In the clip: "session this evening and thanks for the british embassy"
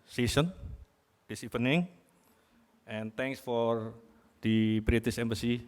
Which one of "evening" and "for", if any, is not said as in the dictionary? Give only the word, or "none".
evening